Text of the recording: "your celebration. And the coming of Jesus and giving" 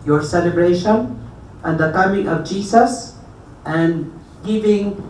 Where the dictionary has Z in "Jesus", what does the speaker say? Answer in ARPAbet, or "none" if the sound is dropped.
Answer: S